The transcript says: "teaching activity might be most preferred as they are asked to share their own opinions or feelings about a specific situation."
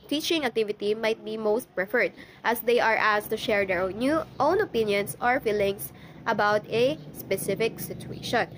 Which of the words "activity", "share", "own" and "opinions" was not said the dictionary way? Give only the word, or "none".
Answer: opinions